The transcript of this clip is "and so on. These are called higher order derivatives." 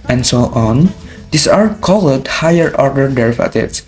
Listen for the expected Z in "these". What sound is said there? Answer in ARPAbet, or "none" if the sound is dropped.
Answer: S